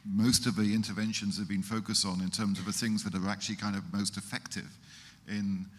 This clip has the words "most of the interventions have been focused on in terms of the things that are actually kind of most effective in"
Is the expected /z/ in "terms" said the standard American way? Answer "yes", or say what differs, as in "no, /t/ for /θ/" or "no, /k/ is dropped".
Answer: yes